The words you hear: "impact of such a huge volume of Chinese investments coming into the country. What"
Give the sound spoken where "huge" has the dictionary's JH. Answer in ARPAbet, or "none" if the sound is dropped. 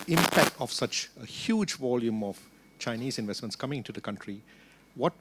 JH